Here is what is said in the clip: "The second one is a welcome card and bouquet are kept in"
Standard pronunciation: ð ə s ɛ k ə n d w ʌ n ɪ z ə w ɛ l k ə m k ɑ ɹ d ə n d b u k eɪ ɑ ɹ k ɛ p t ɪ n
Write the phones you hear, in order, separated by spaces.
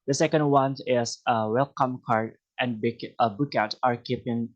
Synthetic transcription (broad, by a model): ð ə s ɛ k ə n d w ʌ n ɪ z ə w ɛ l k ə m k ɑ ɹ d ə n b b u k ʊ ɑ ɹ k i p ɪ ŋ